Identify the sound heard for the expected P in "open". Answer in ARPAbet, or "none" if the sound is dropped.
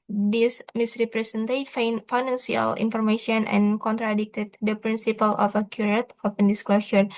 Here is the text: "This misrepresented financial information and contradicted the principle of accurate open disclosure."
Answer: F